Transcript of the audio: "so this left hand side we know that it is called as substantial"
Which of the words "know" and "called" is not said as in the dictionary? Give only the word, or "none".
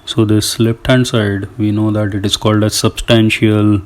none